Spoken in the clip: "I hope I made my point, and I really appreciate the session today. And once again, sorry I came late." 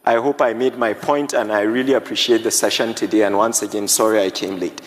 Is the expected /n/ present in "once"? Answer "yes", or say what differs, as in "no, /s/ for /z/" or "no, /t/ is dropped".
yes